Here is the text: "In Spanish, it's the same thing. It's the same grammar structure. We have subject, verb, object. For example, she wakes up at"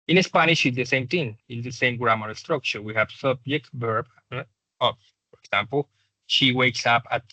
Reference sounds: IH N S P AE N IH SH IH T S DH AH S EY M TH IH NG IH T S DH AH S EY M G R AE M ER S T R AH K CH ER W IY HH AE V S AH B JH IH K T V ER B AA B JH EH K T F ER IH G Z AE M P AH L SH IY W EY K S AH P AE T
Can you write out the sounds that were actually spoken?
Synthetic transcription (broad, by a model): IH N S P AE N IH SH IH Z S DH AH S EY M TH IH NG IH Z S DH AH S EY M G R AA M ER S T R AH K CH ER W IY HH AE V S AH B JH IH K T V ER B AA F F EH T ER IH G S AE M P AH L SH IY W EY K S AH P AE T